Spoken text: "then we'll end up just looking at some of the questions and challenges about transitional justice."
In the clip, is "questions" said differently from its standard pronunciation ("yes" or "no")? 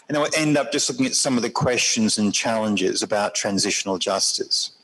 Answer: no